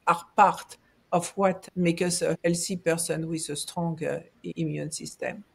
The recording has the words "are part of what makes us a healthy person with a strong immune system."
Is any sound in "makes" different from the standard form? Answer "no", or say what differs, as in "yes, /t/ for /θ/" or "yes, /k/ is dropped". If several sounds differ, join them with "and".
yes, /s/ is dropped